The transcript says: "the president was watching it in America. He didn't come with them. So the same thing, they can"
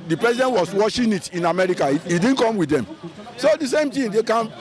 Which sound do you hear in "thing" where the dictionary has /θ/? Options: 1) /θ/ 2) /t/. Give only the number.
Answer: 2